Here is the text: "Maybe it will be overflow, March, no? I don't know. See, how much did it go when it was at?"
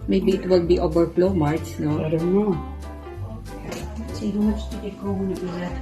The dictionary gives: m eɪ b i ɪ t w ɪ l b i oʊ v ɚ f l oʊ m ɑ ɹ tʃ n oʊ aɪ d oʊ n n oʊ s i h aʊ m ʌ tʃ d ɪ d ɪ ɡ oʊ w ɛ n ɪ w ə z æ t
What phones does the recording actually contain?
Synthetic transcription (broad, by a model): m eɪ b i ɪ t w ɪ l b i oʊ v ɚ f l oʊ m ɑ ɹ s n oʊ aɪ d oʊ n n oʊ s i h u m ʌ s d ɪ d ɪ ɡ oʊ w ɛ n ɪ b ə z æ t